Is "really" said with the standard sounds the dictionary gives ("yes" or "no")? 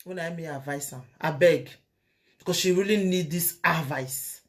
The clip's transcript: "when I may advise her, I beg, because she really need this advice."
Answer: yes